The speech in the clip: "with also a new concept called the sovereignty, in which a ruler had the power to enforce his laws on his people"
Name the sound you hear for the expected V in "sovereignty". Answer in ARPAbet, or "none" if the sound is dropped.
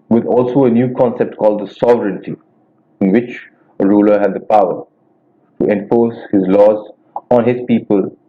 V